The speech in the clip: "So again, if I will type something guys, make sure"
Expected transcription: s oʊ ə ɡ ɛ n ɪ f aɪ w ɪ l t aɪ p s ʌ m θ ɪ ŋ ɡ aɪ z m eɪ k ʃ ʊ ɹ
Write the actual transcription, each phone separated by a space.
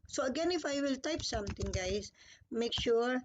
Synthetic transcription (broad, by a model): s oʊ ə ɡ ɛ n ɪ f aɪ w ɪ l t aɪ p s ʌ m t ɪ ŋ ɡ aɪ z m eɪ k ʃ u ɹ